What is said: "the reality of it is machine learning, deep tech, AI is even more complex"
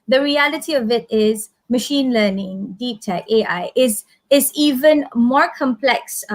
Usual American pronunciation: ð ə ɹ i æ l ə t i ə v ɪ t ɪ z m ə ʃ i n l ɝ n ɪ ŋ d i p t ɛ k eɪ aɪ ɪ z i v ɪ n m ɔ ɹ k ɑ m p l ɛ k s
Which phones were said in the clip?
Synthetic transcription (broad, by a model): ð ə ɹ i æ l ə t i ə v ɪ t ɪ z m ə ʃ i n l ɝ n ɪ ŋ d i p t ɛ k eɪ aɪ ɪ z i v ɪ n m ɔ ɹ k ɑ m p l ɛ k s